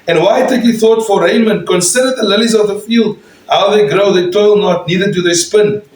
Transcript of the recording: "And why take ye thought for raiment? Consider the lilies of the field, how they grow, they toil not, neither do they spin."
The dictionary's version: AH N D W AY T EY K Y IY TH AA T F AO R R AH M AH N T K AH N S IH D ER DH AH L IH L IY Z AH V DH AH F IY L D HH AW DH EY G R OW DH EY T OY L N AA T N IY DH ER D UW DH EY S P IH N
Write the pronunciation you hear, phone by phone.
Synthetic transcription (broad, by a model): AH N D W AY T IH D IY TH AA T F AO R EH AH M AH N K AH N S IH D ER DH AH L IH L IY Z AH V DH AH F IY L D HH AW DH EY G R OW DH EY T OY L N AA T N IY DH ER D UW DH EY S P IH N